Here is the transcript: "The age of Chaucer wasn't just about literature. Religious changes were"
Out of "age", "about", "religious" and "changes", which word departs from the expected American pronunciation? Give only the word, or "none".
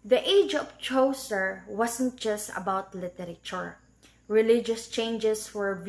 changes